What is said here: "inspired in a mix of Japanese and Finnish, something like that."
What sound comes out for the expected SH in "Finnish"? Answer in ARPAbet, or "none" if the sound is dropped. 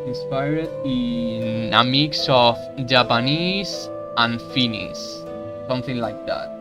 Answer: S